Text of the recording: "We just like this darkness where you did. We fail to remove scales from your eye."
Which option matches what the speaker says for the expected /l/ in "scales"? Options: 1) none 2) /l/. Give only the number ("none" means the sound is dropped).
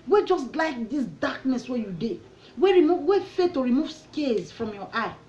1